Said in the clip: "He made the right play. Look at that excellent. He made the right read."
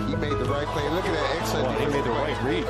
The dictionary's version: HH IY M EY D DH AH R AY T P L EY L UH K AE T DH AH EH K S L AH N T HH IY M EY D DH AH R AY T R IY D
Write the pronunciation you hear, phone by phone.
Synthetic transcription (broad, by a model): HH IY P EY D DH AH R AY T P L EY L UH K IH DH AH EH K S AH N HH IY M EY D DH AH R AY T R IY